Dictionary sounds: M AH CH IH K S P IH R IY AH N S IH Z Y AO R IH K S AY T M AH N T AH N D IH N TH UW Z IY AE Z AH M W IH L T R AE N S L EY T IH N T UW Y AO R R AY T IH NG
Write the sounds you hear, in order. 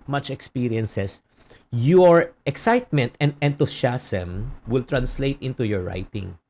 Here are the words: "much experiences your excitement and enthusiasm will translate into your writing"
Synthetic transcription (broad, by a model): M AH CH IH K S P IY R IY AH N S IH S Y AO R IH K S AY T M AH N T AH N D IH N T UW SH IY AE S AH M W IH L T R AE N S L EY T IH N T UW Y AO R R AY T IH NG